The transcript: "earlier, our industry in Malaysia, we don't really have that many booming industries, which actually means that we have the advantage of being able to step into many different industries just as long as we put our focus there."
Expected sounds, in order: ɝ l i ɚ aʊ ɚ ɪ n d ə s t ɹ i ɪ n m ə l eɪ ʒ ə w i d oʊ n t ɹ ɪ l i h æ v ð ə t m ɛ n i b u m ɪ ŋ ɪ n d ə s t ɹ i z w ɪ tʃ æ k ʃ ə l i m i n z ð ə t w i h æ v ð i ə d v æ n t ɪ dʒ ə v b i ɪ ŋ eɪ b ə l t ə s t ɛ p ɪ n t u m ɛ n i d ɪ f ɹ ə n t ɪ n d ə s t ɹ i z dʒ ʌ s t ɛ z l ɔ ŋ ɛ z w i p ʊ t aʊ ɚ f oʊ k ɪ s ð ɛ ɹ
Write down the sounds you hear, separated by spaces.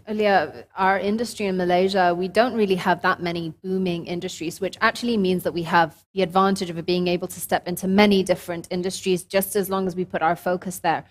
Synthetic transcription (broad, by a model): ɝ l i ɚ aʊ ɚ ɪ n d ə s t ɹ i ɪ n m ə l eɪ ʒ ə w i d oʊ n t ɹ ɪ l i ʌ v ð ə t m ɛ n i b u m ɪ ŋ ɪ n d ə s t ɹ i z w ɪ tʃ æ k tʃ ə l i m i n z ð ə t w i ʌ v ð i ə d v æ n t ɪ dʒ ə v b i ɪ ŋ eɪ b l t ə s t ɛ p ɪ n t u m ɛ n i d ɪ f ɹ ə n t ɪ n d ə s t ɹ i z dʒ ʌ s t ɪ z l ɔ ŋ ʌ z w i p ʊ t aʊ ɚ f oʊ k ɪ s ð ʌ ɹ